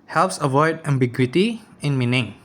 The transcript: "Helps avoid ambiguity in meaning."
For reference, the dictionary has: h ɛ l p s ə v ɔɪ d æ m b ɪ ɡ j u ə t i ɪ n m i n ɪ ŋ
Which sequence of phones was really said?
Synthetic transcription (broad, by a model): h ɛ l p s ə v ɔɪ d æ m b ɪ ɡ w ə t i ɪ n m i n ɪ ŋ